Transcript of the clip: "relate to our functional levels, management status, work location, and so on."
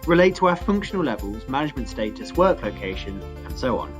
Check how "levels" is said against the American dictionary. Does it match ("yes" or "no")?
yes